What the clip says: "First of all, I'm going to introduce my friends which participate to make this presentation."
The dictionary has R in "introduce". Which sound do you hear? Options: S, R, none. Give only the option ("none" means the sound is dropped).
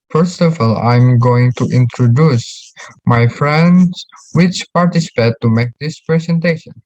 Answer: R